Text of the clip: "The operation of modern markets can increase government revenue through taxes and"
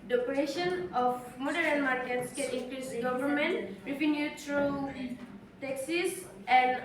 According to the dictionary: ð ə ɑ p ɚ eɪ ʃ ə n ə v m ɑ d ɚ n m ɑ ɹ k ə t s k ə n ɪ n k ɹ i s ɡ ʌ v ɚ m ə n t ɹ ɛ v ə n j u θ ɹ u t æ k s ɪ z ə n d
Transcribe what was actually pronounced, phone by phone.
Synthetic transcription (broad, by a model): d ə ɑ p ɚ eɪ ʃ ə n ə f m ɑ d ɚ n m ɑ ɹ k ə t s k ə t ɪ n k l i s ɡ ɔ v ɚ m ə n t ɹ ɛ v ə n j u t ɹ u t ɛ k s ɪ s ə n